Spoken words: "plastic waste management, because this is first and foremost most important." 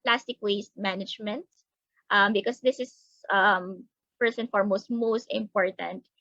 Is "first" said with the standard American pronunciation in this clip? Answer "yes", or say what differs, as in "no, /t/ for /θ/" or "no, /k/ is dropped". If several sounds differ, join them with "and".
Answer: no, /t/ is dropped